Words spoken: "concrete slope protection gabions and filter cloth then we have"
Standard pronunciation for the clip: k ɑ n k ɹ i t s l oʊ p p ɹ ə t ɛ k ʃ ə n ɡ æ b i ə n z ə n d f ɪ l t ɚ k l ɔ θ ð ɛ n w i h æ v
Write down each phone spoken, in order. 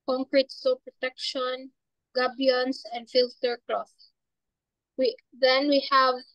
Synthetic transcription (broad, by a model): k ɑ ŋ k ɹ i t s oʊ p p ɹ ə t ɛ k ʃ ə n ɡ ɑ b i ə n s ə n d f ɪ l t ɚ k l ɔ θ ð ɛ n w i h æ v